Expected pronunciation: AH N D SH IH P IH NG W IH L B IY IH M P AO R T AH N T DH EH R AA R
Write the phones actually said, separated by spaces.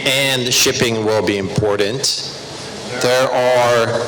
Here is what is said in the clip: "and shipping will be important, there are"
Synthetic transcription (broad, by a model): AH N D SH IH P IH NG W IH L B IY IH M P AO R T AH N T DH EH R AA R